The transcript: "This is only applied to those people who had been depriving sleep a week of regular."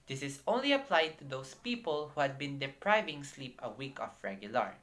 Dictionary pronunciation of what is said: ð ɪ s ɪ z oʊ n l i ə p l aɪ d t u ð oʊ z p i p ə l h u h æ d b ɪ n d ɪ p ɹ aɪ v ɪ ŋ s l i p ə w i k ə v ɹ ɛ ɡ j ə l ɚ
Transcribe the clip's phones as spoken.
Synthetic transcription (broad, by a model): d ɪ s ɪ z oʊ n l i ə p l aɪ d t u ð oʊ s p i p ə l h u h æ d b ɪ n d ɪ p ɹ aɪ v ɪ ŋ s l i p ə w i k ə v ɹ ɛ ɡ j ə l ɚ